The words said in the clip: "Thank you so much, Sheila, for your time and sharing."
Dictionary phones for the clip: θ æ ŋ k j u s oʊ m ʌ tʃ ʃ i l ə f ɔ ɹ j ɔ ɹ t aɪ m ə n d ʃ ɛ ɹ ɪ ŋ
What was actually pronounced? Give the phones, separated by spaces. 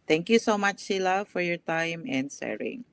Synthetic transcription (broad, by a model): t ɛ ŋ k j u s oʊ m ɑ tʃ s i l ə f ɔ ɹ j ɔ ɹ t aɪ m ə n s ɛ ɹ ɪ ŋ